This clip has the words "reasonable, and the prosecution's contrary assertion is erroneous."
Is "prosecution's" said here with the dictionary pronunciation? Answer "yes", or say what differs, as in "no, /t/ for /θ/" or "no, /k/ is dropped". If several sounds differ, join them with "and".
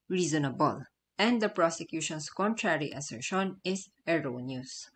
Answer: no, /s/ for /z/